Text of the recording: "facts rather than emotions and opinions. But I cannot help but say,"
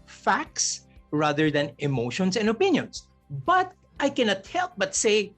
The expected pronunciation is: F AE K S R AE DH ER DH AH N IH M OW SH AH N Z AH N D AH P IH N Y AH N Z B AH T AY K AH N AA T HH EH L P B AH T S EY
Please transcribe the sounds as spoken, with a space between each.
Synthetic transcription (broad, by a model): F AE K S R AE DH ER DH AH N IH M OW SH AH N S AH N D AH P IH N Y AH N S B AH T AY K AH N AA T HH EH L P B AH T S EY